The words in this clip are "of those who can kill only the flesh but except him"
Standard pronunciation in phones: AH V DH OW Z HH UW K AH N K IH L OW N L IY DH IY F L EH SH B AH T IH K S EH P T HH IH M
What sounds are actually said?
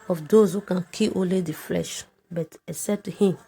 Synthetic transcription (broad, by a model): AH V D OW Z HH UW K AH N K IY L OW N L IY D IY F L EH SH B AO T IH S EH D T HH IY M